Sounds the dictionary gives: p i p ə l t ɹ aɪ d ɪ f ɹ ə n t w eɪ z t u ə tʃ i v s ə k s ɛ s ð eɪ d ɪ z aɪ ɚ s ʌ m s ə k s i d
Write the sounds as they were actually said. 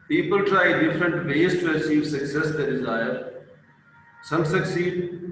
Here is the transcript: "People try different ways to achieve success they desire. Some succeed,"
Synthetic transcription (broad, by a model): p i p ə l t ɹ aɪ d ɪ f ɹ ə n t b eɪ s t u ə s i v s ə k s ɛ s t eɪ d ɪ z aɪ ɚ s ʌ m s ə k s i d